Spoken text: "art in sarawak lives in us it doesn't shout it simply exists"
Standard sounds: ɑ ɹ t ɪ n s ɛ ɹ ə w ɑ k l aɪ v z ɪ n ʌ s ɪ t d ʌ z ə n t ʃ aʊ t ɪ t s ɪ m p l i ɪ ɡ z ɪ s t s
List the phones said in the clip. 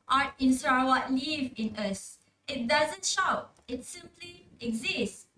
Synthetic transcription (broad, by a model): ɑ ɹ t ɪ n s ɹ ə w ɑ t l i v ɪ n ʌ s ɪ t d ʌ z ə n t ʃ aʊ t ɪ t s ɪ m p l i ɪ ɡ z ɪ s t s